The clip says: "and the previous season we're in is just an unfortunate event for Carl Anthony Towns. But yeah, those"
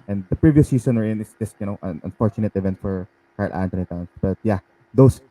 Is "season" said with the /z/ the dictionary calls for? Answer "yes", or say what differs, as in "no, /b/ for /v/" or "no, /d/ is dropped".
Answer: no, /s/ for /z/